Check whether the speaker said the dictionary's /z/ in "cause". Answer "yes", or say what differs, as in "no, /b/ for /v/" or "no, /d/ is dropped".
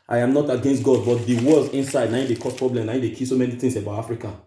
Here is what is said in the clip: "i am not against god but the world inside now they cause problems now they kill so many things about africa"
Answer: no, /s/ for /z/